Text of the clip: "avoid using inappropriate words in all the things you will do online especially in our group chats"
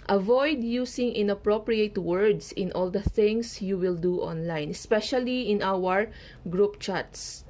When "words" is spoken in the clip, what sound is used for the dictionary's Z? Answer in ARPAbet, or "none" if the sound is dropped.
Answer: S